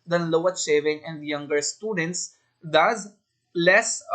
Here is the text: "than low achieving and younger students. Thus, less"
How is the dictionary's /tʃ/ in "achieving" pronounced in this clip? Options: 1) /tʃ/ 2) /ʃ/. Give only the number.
2